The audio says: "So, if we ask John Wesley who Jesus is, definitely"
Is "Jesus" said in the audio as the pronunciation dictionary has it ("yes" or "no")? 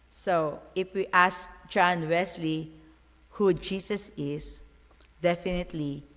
no